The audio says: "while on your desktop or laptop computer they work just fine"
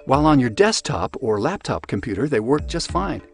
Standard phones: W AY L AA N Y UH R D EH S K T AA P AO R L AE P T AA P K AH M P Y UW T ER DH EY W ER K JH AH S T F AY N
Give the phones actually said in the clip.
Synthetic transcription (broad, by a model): W AY L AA N Y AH R D EH S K T AA P AO R L AE P T AA P K AH M P Y UW T ER DH EY W ER K JH AH S T F AY N